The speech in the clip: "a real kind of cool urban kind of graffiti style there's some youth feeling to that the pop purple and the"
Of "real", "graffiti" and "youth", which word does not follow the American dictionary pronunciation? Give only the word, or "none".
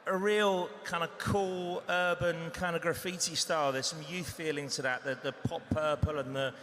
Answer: none